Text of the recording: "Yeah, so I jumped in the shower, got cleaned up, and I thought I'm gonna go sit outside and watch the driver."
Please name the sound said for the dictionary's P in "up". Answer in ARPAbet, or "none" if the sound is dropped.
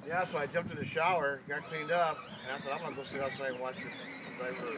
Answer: P